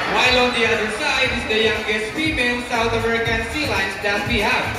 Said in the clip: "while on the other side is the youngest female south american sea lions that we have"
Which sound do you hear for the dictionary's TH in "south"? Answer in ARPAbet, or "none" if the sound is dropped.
TH